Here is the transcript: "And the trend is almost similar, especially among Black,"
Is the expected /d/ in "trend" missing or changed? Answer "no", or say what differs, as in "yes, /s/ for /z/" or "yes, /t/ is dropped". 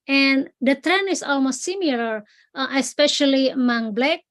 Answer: yes, /d/ is dropped